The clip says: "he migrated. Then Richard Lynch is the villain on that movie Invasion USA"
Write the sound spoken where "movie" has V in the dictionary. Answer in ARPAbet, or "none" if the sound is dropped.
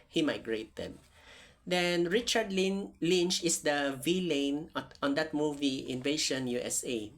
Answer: V